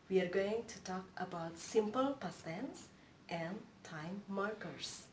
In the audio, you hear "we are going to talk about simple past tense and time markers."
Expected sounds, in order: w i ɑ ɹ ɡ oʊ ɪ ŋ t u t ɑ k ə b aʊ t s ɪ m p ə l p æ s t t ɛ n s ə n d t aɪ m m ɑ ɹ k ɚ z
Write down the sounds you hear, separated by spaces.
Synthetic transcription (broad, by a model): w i ɑ ɹ ɡ oʊ ɪ ŋ t u t ɑ k ə b aʊ t s ɪ m p ə l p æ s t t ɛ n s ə n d t aɪ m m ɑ ɹ k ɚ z